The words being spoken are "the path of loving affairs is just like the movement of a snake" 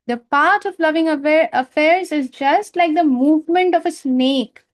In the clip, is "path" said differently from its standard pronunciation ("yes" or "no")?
yes